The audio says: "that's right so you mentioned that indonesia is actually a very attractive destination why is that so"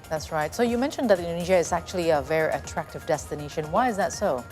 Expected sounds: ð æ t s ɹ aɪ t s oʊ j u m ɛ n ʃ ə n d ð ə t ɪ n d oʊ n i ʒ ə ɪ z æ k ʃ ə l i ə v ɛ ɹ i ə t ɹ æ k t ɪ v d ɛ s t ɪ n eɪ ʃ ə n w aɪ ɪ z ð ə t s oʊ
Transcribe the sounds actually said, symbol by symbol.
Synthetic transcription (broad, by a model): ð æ t s ɹ aɪ t s oʊ j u m ɛ n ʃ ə n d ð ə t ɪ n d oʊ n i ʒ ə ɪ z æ k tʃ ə l i ə v ɛ ɹ i ə t ɹ æ k t ɪ v d ɛ s t ɪ n eɪ ʃ ə n w aɪ ɪ z ð ə t s oʊ